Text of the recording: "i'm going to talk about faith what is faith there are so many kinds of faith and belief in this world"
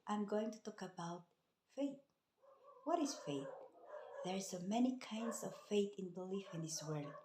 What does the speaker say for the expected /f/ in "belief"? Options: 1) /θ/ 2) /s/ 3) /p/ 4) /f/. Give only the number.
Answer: 4